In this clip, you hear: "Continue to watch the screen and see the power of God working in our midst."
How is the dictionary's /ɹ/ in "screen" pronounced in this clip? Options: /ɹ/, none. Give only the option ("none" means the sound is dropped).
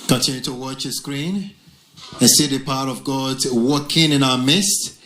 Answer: /ɹ/